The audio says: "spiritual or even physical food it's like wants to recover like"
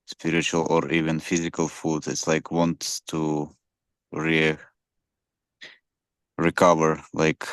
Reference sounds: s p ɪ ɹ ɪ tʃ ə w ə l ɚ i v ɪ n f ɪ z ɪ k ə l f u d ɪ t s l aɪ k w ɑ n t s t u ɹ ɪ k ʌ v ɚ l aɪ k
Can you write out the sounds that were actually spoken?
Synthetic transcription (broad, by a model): s p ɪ ɹ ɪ tʃ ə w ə l ɚ i v ɪ n f ɪ z ɪ k ə l f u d ɪ t s l aɪ k w ɑ n t s t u ɹ ɪ k ʌ v ɚ l aɪ k